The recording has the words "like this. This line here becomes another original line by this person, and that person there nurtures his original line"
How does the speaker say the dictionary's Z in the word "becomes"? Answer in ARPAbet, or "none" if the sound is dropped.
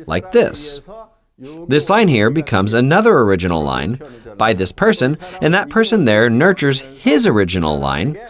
Z